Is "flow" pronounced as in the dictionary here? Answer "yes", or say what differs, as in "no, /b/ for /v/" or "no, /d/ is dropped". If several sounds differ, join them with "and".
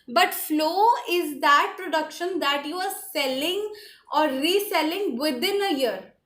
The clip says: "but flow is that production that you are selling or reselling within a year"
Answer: yes